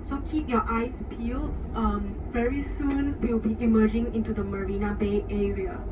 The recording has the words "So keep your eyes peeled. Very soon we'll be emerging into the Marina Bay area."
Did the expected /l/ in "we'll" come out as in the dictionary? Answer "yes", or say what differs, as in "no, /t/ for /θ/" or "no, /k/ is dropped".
no, /w/ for /l/